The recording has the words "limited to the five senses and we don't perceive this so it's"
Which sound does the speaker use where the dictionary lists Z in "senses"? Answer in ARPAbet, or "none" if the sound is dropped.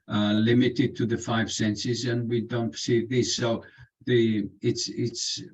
Z